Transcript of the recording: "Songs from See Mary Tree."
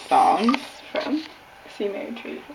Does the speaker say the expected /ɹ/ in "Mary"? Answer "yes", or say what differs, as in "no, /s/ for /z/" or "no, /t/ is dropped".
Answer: no, /ɹ/ is dropped